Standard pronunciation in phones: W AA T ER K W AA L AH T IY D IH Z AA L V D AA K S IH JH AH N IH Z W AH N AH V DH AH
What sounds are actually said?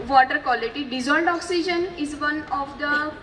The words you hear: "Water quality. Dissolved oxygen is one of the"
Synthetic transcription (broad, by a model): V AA T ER K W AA L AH T IY D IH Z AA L D AA K S IH JH AH N IH Z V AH N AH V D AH